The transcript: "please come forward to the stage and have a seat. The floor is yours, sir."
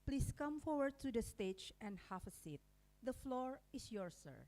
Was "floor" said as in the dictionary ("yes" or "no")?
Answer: yes